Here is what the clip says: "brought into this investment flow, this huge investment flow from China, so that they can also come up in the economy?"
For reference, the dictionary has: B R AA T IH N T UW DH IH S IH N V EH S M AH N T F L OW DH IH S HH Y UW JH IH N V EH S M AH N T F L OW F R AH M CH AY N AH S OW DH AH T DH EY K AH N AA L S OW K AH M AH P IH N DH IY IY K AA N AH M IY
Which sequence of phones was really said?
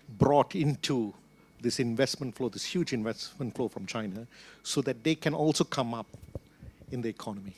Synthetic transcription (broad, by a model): B R AA T IH N T UW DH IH S IH N V EH S M AH N T F L OW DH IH S HH Y UW JH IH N V EH S M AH N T F L OW F R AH M CH AY N AH S OW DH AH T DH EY K AH N AA L S OW K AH M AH P IH N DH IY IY K AA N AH M IY